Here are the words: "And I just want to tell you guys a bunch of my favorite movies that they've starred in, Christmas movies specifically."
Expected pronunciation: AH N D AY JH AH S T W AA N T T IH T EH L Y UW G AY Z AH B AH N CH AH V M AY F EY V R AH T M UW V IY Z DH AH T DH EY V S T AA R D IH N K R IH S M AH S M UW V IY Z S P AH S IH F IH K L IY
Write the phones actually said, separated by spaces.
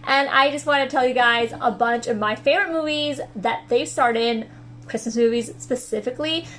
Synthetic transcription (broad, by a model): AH N AY JH AH S T W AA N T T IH T EH L Y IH G AY Z AH B AH N CH AH V M AY F EY V R AH T M UW V IY Z DH AH T DH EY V S T AA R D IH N K R IH S M AH S M UW V IY Z S P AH S IH F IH K L IY